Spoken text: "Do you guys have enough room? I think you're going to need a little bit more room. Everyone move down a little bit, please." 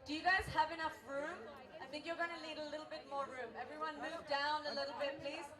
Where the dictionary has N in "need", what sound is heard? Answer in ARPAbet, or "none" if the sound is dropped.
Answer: L